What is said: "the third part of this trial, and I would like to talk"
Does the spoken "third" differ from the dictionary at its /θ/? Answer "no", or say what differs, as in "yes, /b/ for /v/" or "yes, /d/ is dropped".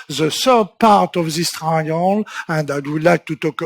yes, /s/ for /θ/